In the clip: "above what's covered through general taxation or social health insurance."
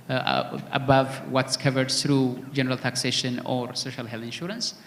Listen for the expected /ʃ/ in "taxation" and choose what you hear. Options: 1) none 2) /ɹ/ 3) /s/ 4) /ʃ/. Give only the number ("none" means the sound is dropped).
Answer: 4